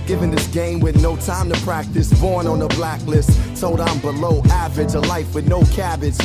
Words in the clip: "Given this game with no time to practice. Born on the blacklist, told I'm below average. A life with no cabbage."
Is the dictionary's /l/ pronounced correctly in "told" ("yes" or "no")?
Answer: no